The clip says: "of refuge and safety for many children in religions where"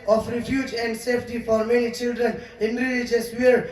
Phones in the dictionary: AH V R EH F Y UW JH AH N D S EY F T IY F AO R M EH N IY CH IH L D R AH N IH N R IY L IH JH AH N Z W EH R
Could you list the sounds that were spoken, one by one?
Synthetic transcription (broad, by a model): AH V R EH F Y UW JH AH N D S EY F T IY F AO R M EH N IY CH IH L D R AH N IH N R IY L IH JH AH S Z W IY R